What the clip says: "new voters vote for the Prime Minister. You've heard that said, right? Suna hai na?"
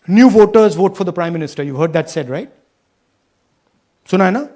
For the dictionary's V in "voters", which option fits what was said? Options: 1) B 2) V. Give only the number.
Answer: 2